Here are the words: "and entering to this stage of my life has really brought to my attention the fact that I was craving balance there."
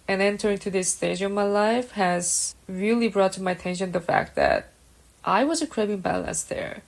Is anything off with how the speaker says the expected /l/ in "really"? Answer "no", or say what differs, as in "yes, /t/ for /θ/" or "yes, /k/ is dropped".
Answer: no